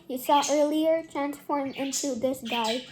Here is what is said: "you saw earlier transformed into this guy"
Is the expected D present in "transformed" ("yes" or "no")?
no